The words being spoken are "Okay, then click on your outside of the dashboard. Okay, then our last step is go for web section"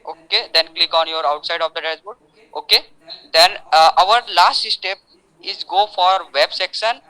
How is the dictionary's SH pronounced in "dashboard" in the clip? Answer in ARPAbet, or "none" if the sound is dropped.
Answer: S